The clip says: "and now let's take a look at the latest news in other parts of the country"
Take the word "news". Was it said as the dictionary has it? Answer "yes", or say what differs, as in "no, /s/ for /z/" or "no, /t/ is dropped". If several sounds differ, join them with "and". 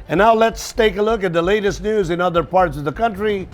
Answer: yes